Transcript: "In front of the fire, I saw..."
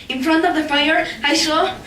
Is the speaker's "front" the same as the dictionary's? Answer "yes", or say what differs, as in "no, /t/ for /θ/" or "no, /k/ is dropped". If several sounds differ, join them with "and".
yes